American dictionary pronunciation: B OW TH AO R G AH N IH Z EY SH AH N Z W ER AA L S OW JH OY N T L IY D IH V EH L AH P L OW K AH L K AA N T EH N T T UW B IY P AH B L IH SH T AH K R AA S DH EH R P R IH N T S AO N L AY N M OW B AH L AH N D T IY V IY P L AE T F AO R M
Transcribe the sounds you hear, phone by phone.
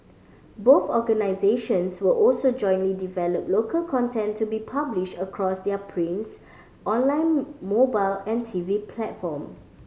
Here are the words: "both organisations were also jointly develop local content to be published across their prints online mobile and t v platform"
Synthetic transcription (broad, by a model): B OW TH AO G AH N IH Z EY SH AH N S W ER AA L S OW JH OY N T L IY D IH V EH L AH P L OW K AH L K AA N T EH N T T UW B IY P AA B L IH SH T AH K R AA S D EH P R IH N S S AO N L AY N M OW B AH L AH N T IY V IY P L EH T F AO M